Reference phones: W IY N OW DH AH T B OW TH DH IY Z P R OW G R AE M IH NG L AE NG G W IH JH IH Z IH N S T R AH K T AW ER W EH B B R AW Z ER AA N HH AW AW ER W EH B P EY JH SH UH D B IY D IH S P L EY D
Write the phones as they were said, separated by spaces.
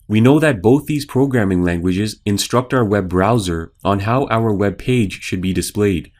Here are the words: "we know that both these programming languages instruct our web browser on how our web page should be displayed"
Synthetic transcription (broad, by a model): W IY N OW DH AH T B OW TH DH IY Z P R OW G R AE M IH NG L AE NG G W IH JH IH Z IH N S T R AH K T AW ER W EH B B R AW Z ER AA N HH AW AW ER W EH B P EY JH SH UH D B IY D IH S P L EY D